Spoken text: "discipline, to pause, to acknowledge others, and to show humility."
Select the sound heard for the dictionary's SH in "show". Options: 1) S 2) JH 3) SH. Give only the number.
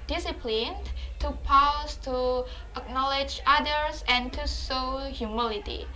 1